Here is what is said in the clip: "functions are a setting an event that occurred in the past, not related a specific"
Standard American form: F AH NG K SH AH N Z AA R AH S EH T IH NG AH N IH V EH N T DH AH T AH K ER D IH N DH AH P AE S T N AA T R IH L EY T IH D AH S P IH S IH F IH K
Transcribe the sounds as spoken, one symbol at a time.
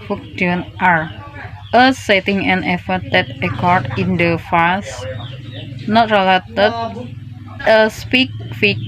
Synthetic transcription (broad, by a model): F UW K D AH N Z AA R AH S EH T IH NG AH N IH F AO T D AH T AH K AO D IH N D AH F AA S N AA T R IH L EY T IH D AH S P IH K F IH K